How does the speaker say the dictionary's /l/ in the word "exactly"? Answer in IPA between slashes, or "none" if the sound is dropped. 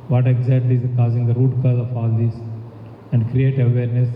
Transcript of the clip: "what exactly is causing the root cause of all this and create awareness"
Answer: none